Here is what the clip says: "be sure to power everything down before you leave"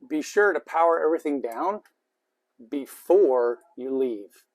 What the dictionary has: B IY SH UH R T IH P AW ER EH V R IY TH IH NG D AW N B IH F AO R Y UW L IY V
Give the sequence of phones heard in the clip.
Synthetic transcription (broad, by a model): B IY SH UH R T IH P AW ER EH V R IY TH IH NG D AW N B IH F AO R Y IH L IY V